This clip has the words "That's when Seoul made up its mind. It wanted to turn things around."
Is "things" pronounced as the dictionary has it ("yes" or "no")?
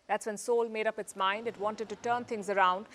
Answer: no